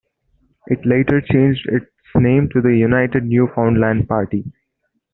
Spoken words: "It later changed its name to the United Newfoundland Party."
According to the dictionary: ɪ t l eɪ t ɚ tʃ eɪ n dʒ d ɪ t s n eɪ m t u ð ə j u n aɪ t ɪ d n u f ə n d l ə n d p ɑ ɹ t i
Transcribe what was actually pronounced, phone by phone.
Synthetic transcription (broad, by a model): ɪ t l eɪ t ɚ tʃ eɪ n dʒ d ɪ t s n eɪ m t u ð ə j u n aɪ t ɪ d n u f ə n d l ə n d p ɑ ɹ t i